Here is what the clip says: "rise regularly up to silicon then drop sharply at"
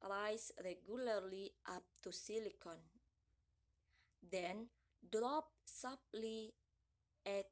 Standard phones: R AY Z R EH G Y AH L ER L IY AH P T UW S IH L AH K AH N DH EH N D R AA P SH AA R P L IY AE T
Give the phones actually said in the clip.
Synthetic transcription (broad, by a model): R AY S R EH G Y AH L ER L IY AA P T UW S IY L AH K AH N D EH N D R AA P S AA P L IY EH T